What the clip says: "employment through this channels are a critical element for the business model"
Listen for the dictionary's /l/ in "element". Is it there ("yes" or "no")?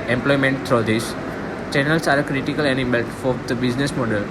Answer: no